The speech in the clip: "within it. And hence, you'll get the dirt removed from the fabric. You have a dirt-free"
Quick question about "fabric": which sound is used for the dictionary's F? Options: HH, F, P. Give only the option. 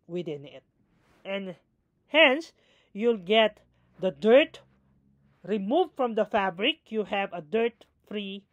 F